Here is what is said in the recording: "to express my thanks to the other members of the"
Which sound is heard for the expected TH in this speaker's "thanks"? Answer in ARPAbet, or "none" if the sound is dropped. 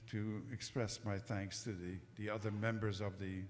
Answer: TH